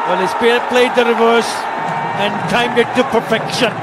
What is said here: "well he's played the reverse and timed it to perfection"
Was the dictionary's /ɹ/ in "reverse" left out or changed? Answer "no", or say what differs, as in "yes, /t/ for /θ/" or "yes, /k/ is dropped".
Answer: no